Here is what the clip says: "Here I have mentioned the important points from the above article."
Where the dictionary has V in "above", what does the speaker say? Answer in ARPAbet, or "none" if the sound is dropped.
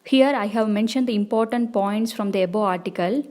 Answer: none